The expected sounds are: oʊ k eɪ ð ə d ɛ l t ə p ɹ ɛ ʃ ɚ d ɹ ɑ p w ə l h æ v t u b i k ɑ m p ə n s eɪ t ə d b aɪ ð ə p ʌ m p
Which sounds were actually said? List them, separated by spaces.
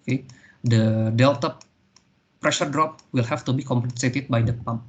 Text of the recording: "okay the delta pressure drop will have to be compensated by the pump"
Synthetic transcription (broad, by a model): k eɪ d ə d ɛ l t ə p ɹ ɛ ʃ ɚ d ɹ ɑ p w ə l h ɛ f t u b i k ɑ m p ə n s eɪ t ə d b aɪ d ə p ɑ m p